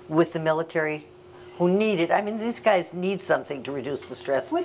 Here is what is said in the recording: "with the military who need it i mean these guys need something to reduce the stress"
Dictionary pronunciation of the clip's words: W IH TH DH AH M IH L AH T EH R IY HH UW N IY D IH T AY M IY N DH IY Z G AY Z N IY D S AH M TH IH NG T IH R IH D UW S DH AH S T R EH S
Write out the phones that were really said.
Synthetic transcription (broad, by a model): W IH DH AH M IH L AH T EH R IY HH UW N IY D IH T AY M IY N DH IY Z G AY Z N IY D S AH M TH IH NG T IH R IH D UW S DH AH S T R EH S